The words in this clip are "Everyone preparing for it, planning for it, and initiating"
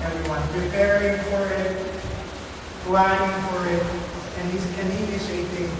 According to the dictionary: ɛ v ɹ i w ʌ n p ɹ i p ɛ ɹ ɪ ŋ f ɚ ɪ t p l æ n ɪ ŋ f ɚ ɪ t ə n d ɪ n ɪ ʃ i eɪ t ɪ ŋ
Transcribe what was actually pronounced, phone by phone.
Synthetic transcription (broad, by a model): ɛ v ɹ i w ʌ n p ɹ i p ɛ ɹ ɪ ŋ f ɚ ɪ t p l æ ɪ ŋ f ɚ ɪ t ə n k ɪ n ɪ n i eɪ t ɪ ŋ